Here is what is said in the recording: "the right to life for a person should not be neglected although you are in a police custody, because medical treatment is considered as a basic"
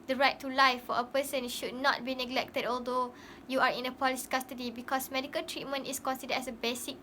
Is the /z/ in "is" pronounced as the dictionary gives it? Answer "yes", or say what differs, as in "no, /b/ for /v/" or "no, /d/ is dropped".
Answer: no, /s/ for /z/